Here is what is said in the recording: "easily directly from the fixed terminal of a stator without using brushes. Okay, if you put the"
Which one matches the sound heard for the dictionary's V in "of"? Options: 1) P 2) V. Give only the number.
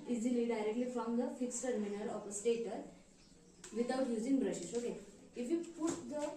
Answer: 1